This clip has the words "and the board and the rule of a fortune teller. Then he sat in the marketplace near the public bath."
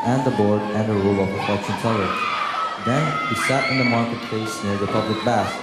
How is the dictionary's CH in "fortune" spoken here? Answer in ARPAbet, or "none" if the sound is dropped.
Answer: S